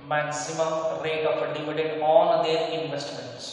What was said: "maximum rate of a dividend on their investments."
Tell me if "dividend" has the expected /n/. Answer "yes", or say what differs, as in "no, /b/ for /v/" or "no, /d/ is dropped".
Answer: no, /n/ is dropped